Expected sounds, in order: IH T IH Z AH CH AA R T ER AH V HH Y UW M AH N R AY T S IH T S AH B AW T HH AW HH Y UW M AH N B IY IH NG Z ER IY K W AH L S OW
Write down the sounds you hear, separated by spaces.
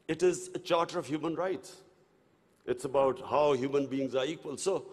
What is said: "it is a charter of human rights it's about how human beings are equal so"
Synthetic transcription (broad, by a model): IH T IH Z AH CH AA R T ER AH V HH Y UW M AH N R AY T S IH T S AH B AW T HH AW HH Y UW M AH N B IY IH NG Z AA IY K W AH L S OW